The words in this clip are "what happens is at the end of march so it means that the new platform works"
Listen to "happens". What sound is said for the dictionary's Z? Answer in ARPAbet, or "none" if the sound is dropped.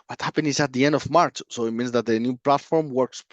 none